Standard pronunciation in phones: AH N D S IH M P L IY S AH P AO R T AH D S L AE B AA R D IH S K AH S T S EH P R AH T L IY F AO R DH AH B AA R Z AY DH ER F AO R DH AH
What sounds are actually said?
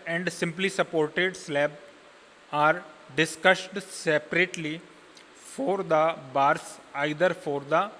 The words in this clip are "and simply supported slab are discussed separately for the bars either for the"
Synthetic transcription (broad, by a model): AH N D S IH M P L IY S AH P AO R T AH D S L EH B AA R D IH S K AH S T S EH P R AH T L IY F AO R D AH B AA R S AY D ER F AO R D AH